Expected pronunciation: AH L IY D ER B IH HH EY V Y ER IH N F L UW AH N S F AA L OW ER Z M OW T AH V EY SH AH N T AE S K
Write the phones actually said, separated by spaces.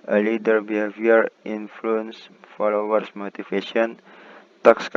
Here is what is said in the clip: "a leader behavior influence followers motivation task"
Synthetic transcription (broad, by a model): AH L IY D ER B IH HH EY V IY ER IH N F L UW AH N S F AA L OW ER S M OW T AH F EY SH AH N T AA S K